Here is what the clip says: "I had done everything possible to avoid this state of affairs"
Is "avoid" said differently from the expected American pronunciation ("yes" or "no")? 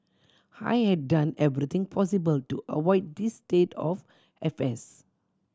yes